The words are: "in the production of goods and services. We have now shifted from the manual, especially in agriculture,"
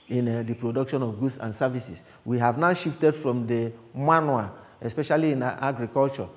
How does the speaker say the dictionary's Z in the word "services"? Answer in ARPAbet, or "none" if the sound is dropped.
S